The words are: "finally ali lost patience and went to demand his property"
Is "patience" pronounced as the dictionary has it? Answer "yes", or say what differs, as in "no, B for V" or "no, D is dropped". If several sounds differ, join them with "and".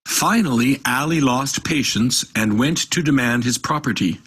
yes